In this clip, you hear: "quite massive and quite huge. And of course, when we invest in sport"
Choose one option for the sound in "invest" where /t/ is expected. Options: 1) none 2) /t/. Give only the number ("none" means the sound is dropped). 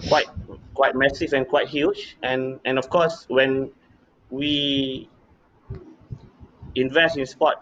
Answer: 2